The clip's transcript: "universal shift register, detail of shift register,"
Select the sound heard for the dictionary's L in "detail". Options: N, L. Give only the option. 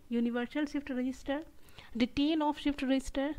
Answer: N